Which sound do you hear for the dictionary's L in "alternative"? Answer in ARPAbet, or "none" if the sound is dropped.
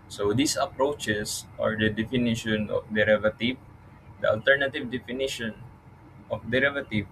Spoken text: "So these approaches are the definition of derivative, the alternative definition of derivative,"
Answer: L